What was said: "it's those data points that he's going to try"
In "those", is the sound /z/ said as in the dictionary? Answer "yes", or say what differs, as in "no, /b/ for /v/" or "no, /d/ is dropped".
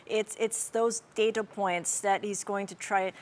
yes